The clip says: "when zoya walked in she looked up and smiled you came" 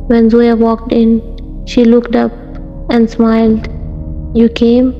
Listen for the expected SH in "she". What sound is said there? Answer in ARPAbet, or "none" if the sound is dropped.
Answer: SH